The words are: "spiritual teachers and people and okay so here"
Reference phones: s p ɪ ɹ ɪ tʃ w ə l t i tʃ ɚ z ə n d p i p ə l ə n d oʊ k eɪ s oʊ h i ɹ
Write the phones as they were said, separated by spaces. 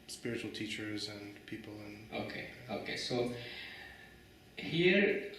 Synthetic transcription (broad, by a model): s p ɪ ɹ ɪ tʃ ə l t i tʃ ɚ z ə n p i p ə l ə n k oʊ k eɪ s oʊ h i ɹ